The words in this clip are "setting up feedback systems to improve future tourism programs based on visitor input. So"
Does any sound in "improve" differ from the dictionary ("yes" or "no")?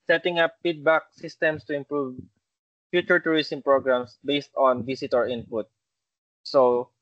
no